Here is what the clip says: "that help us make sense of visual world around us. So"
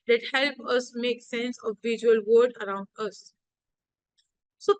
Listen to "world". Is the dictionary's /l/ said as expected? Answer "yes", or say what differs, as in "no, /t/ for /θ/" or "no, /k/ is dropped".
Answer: no, /l/ is dropped